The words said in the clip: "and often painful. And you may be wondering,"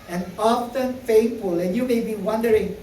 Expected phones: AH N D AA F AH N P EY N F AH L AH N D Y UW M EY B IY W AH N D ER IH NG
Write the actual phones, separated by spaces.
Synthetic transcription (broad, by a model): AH N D AA F AH N F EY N F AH L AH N Y UW M EY B IY W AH N D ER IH NG